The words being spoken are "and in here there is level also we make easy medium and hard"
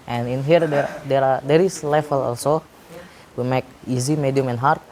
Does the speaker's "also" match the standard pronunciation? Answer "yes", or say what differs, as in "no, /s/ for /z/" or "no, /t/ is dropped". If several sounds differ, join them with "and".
yes